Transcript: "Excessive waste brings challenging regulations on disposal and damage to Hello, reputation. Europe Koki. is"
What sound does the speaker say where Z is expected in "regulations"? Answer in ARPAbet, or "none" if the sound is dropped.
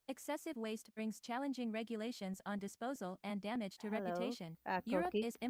Z